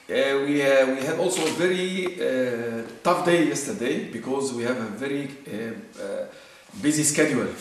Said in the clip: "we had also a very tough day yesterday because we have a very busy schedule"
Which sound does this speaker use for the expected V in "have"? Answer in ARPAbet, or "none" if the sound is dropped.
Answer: V